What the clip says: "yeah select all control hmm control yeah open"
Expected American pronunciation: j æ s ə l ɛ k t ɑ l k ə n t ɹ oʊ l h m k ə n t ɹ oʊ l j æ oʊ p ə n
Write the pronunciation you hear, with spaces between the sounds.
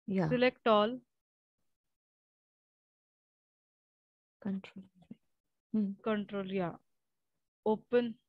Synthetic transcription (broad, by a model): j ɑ s ə l ɛ k t ɑ l k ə n t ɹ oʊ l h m k ə n t ɹ oʊ l j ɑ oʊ p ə n